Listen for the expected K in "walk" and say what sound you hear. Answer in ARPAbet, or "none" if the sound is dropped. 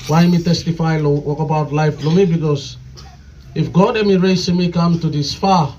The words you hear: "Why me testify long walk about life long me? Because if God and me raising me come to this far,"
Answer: K